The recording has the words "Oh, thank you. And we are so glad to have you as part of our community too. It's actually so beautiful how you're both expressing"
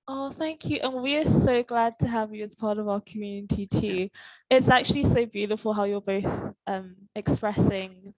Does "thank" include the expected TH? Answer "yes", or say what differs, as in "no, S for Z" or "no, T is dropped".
yes